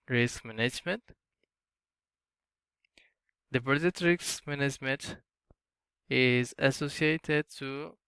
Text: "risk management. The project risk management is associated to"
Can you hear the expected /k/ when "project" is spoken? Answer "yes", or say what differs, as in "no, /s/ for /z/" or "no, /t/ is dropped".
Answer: no, /k/ is dropped